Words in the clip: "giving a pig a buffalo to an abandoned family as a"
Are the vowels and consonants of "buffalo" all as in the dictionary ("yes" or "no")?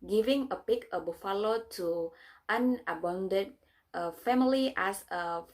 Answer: yes